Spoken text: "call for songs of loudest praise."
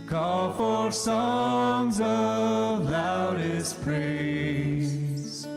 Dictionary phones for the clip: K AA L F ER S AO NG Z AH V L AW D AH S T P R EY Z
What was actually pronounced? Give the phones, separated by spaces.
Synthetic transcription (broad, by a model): K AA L F ER S AO NG Z AH V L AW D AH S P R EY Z